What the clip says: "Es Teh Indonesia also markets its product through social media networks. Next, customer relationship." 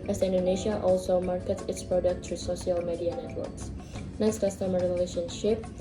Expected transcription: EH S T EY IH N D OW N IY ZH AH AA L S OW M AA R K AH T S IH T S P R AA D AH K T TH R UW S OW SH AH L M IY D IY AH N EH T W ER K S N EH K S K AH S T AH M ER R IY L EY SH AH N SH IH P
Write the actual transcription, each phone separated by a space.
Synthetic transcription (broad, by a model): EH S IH N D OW N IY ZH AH AA L S OW M AA R K AH T S IH T S P R AA D AH K T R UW S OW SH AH L M IY D IY AH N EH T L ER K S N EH S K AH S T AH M R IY L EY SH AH N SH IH P